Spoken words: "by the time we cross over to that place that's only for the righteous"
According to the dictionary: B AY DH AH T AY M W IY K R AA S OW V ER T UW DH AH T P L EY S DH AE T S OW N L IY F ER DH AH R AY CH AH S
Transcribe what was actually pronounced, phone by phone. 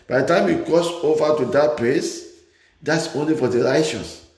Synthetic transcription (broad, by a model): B AY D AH T AY M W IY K AA S OW V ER T UW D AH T P L EY S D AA T S OW N L IY F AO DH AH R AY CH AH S